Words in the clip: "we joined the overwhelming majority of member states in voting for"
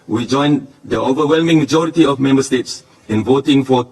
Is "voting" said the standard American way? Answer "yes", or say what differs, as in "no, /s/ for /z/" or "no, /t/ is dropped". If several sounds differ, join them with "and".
yes